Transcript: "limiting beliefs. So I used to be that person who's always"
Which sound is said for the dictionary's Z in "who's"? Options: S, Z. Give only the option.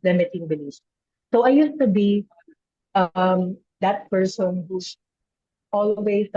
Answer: S